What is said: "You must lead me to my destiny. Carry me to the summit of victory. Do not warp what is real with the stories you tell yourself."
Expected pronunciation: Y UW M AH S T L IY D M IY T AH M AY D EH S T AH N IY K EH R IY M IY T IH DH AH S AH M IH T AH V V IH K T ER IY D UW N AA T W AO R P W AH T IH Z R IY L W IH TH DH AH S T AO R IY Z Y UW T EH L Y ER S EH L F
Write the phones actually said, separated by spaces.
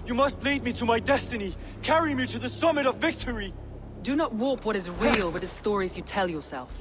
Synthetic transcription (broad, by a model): Y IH M AH S T L IY D M IY T AH M AY D EH S T AH N IY K EH R IY M IY T IH DH AH S AH M IH T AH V V IH K T ER IY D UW N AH T W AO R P W AH T IH Z R IY L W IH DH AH S T AO R IY Z Y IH T EH L Y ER S EH L F